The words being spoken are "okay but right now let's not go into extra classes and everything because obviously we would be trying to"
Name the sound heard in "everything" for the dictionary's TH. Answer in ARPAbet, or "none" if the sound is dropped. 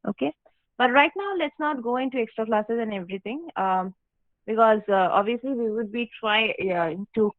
T